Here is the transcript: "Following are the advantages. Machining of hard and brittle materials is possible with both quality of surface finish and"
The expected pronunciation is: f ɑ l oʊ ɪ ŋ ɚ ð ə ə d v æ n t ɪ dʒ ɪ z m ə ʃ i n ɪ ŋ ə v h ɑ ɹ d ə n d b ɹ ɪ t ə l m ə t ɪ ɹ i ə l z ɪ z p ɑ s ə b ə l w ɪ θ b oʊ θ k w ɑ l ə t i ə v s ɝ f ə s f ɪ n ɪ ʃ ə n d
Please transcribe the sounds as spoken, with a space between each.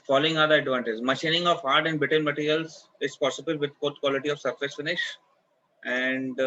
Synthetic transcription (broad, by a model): f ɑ l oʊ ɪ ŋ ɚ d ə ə d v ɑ n t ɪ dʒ m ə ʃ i n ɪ ŋ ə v ɑ ɹ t ə n d b ɪ t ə n m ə t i ɹ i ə l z ɪ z p ɑ s ə b ə l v ɪ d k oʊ t k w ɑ l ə t i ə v s ɝ f ə s f ɪ n ɪ ʃ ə n d